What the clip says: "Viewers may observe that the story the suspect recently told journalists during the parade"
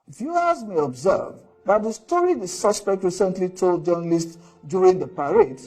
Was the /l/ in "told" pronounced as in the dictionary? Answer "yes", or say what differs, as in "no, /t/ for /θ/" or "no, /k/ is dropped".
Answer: yes